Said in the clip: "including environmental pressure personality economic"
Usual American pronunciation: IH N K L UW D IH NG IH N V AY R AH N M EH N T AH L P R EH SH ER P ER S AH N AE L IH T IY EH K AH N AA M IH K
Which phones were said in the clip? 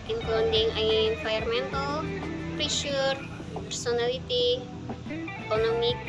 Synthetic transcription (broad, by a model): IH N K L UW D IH NG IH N F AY AH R M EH N T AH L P R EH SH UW P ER S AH N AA L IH T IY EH K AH N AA M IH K